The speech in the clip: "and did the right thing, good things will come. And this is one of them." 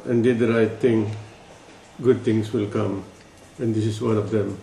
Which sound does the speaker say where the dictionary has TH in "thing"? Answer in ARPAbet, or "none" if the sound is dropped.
T